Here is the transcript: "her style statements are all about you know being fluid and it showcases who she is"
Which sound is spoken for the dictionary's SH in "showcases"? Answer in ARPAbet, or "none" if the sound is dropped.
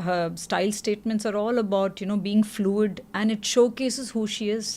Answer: SH